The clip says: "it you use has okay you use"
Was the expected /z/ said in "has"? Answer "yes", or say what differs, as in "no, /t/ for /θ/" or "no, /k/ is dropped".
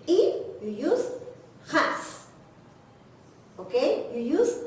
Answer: no, /s/ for /z/